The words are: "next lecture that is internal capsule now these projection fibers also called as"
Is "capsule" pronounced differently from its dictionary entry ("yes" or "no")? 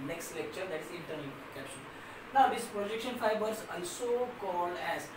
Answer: yes